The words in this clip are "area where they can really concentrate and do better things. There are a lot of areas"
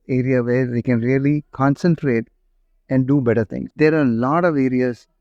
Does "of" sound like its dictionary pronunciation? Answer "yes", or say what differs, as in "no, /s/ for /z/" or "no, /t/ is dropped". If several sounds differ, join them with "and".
yes